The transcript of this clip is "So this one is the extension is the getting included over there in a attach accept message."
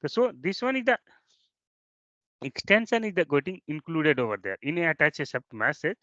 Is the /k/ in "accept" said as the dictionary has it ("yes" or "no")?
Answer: no